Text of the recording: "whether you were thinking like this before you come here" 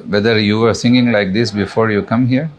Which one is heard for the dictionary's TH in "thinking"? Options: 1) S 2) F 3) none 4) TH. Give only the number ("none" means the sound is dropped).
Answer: 1